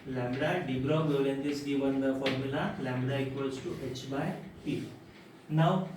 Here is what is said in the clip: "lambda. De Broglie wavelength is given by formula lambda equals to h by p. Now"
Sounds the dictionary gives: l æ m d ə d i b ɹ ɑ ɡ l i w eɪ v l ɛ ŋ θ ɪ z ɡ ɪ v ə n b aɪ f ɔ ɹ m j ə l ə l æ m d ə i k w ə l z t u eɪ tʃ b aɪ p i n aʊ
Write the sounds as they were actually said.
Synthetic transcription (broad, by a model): l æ m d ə d i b ɹ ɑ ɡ i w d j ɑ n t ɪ s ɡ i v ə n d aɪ f ɔ ɹ m j ə l ə l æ m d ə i k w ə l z t u eɪ tʃ b aɪ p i n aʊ